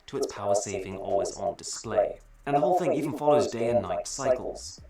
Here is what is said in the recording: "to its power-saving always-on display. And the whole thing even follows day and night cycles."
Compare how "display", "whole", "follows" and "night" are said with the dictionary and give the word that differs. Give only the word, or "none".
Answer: none